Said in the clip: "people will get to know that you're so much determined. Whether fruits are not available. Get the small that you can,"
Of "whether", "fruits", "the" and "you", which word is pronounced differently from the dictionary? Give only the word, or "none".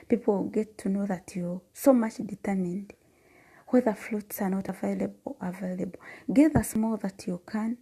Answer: fruits